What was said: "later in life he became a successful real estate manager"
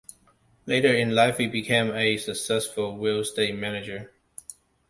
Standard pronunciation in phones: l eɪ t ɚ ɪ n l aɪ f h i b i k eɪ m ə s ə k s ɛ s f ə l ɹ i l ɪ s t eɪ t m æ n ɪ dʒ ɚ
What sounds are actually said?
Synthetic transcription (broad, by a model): l eɪ t ɚ ɪ n l aɪ f h i b i k eɪ m ə s ə k s ɛ s f ə l w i l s t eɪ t m æ n ɪ dʒ ɚ